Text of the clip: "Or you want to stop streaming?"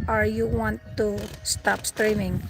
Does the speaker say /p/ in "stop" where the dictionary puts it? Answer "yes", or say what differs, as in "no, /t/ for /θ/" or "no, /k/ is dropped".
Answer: yes